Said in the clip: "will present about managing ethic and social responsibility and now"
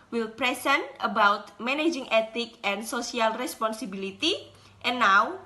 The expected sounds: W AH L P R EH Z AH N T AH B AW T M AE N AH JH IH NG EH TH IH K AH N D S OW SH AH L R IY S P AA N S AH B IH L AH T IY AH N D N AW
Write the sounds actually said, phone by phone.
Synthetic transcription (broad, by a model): W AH L P R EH S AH N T AH B AW T M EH N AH JH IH NG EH T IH K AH N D S OW S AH L R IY S P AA N S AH B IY L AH T IY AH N N AW